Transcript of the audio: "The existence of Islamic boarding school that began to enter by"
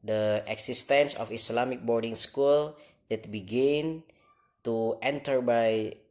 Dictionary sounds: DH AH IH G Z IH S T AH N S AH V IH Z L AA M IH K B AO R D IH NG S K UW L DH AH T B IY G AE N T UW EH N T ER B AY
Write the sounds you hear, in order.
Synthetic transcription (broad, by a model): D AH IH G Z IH S T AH N S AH F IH S L AA M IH K B AO R D IH NG S K UW L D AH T B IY G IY N T UW EH N T ER B AY